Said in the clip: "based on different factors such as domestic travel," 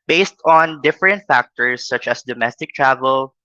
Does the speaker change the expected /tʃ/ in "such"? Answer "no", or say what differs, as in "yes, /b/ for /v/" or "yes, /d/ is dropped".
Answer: no